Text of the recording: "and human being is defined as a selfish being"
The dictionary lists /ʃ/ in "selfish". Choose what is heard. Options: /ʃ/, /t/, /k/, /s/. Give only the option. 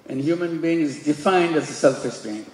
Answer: /s/